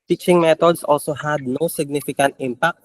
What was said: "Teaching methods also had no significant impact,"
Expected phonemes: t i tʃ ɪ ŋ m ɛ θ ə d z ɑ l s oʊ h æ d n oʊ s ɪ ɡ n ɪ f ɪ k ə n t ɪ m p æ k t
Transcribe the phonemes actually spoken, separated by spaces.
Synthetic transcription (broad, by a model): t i tʃ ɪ ŋ m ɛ t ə d s ɑ l s oʊ h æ d n oʊ s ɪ ɡ n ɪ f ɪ k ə n t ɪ m p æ k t